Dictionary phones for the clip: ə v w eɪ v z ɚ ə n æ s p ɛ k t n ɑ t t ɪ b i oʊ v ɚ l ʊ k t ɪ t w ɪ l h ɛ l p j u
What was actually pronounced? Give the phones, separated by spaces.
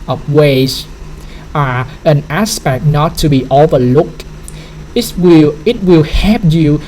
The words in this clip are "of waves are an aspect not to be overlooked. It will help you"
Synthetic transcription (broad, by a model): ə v w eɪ z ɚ ə n æ s p ɛ k t n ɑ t t ɪ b i oʊ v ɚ l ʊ k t ɪ t w ɪ l h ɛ p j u